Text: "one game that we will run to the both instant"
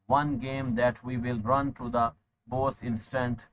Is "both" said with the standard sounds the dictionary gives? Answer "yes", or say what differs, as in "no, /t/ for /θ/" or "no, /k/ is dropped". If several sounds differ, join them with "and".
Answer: no, /s/ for /θ/